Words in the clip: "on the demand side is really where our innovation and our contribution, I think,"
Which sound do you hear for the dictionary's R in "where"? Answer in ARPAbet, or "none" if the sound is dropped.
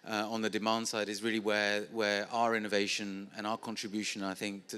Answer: W